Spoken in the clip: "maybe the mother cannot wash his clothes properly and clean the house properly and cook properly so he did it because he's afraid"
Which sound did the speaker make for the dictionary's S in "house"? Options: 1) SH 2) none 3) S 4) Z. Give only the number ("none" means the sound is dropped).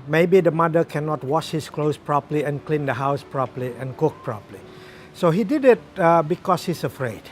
3